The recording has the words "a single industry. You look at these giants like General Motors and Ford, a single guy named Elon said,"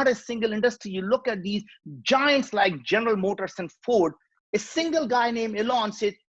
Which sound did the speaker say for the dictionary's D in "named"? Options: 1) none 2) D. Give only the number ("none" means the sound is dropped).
1